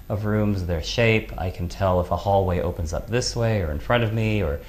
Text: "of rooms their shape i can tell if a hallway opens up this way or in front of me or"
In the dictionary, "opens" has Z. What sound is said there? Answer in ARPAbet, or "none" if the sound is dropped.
Z